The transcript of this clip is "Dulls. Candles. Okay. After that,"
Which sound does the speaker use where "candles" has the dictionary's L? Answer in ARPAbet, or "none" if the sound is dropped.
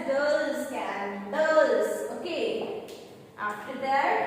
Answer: none